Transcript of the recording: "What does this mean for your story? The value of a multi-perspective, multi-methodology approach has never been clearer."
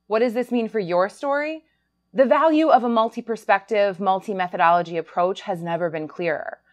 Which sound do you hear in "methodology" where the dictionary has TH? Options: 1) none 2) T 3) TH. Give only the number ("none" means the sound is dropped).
3